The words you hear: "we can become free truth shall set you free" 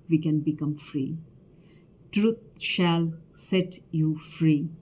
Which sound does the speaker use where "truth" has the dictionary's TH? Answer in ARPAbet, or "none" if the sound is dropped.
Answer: T